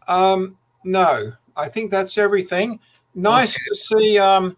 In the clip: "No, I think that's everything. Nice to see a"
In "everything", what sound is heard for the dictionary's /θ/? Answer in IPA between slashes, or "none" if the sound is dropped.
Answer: /θ/